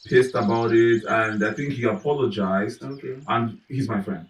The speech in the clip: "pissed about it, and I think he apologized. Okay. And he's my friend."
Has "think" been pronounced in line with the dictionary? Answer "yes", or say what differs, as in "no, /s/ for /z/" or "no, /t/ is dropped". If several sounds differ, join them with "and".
yes